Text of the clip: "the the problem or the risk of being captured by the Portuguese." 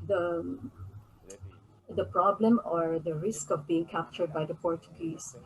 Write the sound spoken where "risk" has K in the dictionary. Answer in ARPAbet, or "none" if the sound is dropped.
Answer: K